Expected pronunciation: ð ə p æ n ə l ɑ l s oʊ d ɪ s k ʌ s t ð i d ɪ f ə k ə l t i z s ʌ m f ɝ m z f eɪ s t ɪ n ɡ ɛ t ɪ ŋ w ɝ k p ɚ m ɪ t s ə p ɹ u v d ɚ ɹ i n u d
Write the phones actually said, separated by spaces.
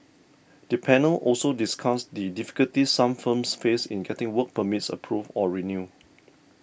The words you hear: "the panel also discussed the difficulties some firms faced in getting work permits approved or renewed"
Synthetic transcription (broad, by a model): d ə p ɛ n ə l ɑ l s oʊ d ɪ s k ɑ s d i d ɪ f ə k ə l t i s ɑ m f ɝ m s f eɪ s ɪ n ɡ ɛ t ɪ ŋ w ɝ k p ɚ m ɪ t s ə p ɹ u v ɔ ɹ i n u